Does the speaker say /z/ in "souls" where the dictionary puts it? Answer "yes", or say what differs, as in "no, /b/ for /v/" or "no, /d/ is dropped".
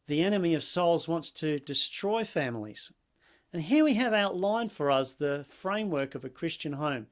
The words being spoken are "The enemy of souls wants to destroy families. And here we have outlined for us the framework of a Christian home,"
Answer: yes